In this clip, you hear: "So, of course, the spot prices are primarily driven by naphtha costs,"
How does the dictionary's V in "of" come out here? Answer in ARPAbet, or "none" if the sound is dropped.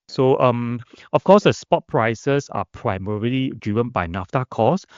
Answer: F